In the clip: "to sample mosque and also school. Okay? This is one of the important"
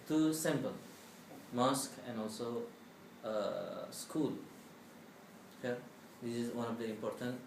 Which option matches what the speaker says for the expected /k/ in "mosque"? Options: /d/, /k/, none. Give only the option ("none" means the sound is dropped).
/k/